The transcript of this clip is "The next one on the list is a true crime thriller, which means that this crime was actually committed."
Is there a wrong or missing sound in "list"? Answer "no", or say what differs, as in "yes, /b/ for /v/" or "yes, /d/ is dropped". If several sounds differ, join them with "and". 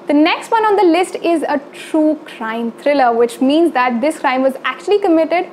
no